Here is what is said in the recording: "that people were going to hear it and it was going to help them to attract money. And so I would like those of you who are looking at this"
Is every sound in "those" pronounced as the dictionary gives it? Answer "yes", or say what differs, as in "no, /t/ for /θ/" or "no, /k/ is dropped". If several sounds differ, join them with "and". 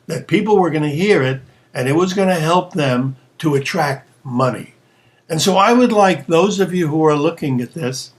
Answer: yes